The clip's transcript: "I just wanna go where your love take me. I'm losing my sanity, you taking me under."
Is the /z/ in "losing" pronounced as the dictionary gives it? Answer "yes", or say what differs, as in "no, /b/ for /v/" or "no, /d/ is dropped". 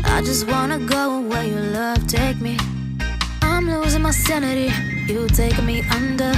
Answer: yes